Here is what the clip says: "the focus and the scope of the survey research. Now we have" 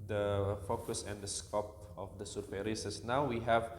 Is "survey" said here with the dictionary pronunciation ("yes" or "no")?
no